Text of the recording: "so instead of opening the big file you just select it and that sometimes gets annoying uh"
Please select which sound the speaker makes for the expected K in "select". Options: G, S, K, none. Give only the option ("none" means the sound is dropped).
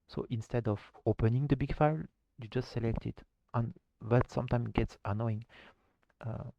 K